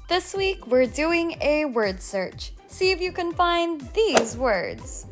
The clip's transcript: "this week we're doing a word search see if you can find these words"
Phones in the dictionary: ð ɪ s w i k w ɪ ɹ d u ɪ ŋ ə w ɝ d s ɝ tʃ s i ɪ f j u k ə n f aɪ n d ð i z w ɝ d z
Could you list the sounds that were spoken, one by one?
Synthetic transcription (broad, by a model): ð ɪ s w i k w ɪ ɹ d u ɪ ŋ ə w ɝ d s ɝ tʃ s i ɪ f j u k ə n f aɪ n ð i z w ɝ d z